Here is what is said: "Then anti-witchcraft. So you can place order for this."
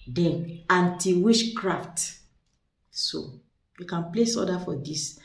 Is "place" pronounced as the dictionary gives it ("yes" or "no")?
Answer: yes